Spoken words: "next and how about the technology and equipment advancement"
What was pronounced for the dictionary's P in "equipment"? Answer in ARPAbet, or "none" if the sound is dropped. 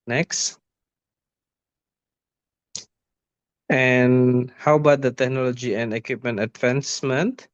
P